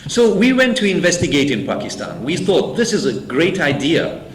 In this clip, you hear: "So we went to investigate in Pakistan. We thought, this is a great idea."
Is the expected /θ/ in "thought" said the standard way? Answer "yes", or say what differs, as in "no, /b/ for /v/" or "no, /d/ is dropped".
yes